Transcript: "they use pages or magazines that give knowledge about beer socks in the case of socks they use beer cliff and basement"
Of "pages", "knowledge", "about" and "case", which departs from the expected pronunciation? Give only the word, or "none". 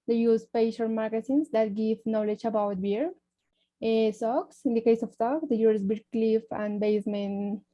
pages